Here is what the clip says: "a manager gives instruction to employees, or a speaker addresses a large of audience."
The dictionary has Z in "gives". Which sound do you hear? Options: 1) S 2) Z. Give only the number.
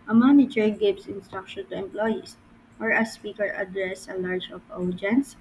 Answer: 1